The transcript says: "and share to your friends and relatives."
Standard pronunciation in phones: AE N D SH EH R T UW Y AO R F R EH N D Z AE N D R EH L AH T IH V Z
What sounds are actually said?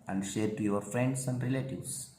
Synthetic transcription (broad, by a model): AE N D SH EH R T UW Y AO R F R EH N D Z AE N D R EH L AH T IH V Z